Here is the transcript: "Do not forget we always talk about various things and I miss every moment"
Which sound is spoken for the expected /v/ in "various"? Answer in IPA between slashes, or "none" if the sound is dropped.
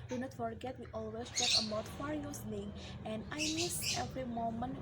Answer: /f/